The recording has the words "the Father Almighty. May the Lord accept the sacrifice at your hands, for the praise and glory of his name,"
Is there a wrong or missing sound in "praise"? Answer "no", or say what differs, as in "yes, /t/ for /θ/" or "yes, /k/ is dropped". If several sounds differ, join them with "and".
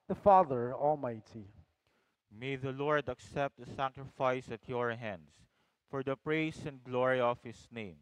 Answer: yes, /s/ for /z/